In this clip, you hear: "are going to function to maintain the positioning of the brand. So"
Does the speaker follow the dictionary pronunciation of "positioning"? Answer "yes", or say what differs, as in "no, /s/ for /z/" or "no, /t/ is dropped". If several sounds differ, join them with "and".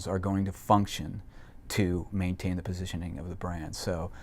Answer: yes